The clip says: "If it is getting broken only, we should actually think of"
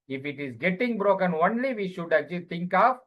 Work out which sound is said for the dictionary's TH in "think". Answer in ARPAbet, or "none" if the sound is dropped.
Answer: T